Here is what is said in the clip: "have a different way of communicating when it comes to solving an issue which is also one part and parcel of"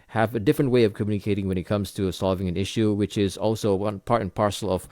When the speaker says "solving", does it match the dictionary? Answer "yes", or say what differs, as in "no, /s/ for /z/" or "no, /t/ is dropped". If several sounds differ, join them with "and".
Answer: yes